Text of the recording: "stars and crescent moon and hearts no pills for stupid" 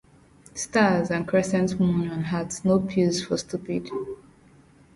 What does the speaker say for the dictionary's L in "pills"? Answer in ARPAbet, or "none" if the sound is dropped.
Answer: none